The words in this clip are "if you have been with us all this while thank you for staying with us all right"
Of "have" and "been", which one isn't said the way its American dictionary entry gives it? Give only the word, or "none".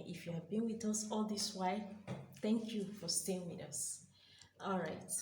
none